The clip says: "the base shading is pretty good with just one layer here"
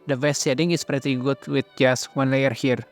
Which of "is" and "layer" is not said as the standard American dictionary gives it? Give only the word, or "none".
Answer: is